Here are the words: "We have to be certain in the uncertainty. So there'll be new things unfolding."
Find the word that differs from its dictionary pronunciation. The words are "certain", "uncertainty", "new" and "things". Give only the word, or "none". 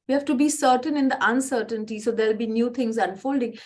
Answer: things